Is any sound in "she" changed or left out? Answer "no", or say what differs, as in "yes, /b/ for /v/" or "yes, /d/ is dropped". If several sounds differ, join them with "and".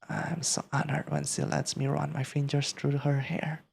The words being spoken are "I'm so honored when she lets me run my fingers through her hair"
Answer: yes, /s/ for /ʃ/